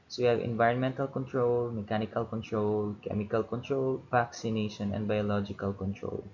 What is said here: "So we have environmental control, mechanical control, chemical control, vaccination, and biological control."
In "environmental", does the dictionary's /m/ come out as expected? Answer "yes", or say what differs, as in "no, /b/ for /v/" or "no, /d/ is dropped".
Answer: yes